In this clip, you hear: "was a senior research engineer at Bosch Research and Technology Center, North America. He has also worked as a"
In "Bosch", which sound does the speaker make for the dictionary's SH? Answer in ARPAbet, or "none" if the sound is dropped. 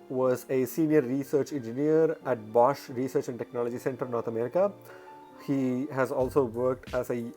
SH